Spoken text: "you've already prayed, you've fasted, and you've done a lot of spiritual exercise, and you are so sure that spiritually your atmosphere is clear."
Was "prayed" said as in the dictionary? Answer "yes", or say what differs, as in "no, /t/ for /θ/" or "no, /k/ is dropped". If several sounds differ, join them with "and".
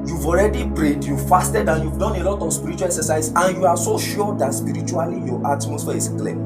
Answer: no, /b/ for /p/